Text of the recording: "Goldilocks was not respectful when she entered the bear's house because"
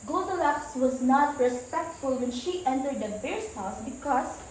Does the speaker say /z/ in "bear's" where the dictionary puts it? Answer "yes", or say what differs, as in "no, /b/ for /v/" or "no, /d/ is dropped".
no, /s/ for /z/